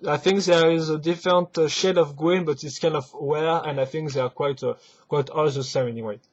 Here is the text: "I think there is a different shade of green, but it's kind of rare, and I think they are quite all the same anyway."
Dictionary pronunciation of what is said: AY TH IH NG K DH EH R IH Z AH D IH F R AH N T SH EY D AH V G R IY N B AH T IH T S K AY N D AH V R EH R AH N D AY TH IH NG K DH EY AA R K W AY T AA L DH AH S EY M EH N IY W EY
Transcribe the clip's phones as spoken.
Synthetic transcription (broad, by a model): AY TH IH NG K DH EH R IH Z AH D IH F R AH N T SH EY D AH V G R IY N B AH T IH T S K AY N D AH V W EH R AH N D AY TH IH NG K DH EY AA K K W AY T AA L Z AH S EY EH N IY W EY